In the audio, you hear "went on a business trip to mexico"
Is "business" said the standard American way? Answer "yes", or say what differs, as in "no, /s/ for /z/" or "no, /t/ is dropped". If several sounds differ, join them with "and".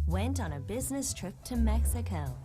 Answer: yes